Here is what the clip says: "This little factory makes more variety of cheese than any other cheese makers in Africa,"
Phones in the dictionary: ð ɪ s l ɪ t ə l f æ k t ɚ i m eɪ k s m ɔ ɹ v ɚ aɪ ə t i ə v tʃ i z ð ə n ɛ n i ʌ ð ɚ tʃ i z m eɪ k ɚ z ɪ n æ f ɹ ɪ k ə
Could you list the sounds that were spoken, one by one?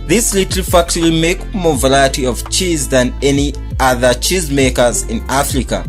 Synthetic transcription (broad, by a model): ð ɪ s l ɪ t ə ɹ f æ k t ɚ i m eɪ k m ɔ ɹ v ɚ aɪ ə t i ə v tʃ i z ð ə n ɛ n i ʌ ð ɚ tʃ i z m eɪ k ɚ z ɪ n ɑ f ɹ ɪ k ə